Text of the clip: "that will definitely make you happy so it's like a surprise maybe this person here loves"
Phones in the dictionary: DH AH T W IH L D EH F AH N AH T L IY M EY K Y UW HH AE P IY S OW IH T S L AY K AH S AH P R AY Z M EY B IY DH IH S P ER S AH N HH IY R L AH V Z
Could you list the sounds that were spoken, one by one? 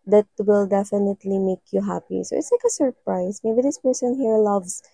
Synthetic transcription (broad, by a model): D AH T W IH L D EH F AH N AH T L IY M EY K Y UW HH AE P IY S OW IH T S L AY K AH S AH P R AY S M EY B IY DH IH S P ER S AH N HH IY R L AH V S